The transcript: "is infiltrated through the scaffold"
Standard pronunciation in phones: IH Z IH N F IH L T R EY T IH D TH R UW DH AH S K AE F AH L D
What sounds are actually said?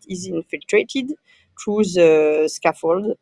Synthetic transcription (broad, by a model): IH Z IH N F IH L T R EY T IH D T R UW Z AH S K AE F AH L D